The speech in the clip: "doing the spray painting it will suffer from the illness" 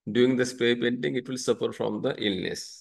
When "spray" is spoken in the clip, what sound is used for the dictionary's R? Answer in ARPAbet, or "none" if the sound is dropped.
none